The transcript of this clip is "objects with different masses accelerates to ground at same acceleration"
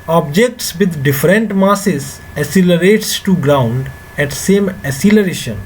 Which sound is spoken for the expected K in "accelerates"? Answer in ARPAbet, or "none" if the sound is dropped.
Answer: none